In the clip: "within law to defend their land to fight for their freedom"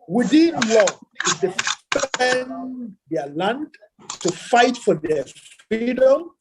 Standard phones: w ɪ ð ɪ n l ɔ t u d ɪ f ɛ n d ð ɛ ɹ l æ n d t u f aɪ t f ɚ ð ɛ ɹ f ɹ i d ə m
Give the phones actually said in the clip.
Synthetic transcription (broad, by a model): w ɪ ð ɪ n l ɔ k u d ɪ p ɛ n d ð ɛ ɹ l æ n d t u f aɪ t f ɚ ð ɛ f ɹ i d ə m